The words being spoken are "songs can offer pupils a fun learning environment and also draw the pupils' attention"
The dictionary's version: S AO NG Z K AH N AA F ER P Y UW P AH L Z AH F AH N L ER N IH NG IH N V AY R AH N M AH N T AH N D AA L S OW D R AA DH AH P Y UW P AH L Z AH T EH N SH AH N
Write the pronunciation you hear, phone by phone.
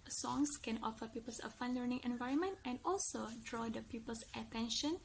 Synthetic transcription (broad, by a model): S AO NG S K AH N AA F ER P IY P AH L S AH F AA N L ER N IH NG IH N V AY R AH N M AH N T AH N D AA L S OW D R AA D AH P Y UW P AH L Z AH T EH N SH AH N